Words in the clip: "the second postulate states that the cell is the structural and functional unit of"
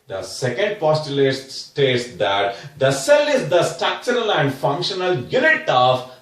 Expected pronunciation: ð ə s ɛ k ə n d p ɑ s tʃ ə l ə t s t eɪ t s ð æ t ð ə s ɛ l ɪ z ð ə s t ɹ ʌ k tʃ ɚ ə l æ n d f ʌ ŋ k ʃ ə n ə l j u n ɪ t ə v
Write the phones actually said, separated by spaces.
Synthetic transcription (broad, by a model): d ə s ɛ k ə n d p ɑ s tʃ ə l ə t s t eɪ t s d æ t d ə s ɛ l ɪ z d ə s t ɑ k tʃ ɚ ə l æ n d f ʌ ŋ k ʃ ə n ə l j u n ɪ t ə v